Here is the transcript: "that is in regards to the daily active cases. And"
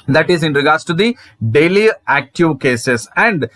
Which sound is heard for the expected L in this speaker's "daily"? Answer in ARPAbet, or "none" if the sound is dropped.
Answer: L